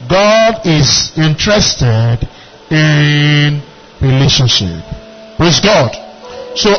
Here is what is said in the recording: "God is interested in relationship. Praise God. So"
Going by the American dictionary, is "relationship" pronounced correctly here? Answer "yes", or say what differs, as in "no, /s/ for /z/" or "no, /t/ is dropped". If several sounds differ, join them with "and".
yes